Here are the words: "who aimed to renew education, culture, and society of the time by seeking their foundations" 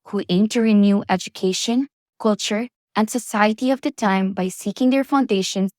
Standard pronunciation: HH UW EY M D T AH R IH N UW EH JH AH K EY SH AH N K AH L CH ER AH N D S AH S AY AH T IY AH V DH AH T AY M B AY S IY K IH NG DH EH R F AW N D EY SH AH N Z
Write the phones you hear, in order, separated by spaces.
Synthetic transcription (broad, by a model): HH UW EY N T AH R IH N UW EH JH AH K EY SH AH N K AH L CH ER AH N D S AH S AY AH T IY AH V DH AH T AY M B AY S IY K IH NG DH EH R F AW N D EY SH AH N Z